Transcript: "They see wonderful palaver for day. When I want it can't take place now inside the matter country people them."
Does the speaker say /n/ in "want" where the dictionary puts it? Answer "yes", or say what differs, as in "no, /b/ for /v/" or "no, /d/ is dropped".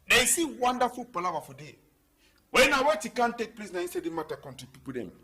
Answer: no, /n/ is dropped